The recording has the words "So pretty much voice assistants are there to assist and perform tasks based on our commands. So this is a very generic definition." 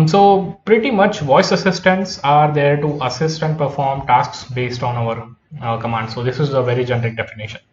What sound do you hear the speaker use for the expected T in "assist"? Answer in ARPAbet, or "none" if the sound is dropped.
T